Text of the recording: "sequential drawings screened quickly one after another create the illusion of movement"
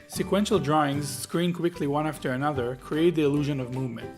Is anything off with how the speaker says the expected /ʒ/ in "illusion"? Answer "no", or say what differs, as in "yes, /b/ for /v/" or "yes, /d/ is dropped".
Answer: no